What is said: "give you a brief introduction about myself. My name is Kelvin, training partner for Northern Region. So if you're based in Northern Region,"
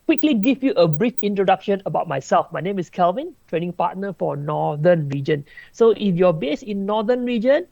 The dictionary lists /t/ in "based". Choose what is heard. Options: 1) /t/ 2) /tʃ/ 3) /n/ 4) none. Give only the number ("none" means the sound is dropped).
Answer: 4